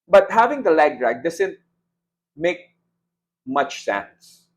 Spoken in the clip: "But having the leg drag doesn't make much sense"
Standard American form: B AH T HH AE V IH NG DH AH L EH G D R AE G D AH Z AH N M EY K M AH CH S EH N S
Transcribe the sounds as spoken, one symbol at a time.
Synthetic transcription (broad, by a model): B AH T HH AE V IH NG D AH L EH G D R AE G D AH S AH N M EY K M AH CH S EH N S